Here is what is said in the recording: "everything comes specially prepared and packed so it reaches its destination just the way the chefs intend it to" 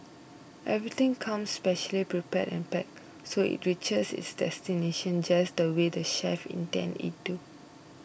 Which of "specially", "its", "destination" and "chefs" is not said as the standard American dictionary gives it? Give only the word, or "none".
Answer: chefs